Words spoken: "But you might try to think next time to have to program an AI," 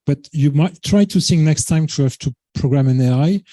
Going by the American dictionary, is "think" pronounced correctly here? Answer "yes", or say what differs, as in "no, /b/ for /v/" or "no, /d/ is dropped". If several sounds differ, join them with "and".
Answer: no, /s/ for /θ/